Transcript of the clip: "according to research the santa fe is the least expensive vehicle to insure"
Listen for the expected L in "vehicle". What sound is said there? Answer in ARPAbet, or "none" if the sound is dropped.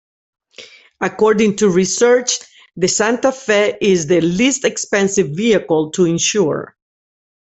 L